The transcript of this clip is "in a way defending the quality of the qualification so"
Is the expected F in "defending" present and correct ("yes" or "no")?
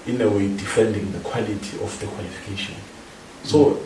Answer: yes